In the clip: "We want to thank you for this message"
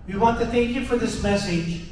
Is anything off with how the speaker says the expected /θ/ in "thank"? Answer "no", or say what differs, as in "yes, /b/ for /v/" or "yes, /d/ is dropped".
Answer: no